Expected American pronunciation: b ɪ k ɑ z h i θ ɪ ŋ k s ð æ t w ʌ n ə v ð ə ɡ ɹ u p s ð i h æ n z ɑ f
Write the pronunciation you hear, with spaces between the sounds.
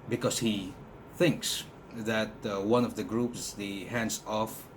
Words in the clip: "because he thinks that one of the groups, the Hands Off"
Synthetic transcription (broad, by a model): b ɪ k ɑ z h i θ ɪ ŋ k s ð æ t w ʌ n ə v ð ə ɡ ɹ u p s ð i h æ n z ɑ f